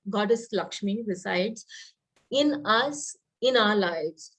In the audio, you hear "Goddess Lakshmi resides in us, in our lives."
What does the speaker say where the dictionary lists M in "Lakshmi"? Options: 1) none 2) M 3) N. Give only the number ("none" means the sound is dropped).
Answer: 2